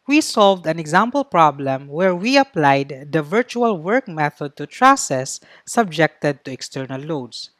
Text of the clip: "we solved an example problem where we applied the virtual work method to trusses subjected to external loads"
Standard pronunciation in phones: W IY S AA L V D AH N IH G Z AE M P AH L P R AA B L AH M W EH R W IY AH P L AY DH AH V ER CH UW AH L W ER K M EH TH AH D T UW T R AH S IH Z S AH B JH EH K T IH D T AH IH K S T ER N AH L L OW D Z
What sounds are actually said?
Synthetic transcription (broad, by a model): W IY S AA L V D AH N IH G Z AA M P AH L P R AA B L AH M W EH R W IY AH P L AY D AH V ER CH UW AH L W ER K M EH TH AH D T UW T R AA S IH S AH B JH EH K T IH D T AH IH K S T ER N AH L L OW D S